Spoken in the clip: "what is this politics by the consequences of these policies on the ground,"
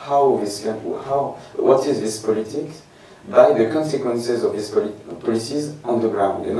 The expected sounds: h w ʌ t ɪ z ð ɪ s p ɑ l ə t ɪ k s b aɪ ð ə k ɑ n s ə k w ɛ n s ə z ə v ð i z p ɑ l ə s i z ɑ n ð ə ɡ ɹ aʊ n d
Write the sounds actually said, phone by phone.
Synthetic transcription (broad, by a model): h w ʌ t ɪ z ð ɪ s p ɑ l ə t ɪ k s b aɪ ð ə k ɑ n s ə k w ɛ n s ə z ə v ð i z p ɑ l ə s i z ɑ n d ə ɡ ɹ aʊ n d